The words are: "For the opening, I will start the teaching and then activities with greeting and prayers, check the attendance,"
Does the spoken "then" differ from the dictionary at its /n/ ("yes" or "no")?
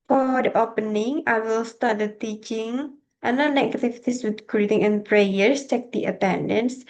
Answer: yes